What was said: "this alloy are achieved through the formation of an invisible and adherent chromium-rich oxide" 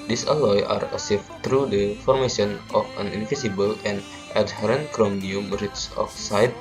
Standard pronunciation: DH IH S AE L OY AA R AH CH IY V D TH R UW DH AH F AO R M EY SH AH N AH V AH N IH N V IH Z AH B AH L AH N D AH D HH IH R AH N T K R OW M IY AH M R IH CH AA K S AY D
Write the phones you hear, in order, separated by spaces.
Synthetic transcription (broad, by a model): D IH S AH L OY AA R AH S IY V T R UW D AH F AO R M EY SH AH N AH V AH N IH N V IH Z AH B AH L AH N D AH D HH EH R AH N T K R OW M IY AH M R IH S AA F S AY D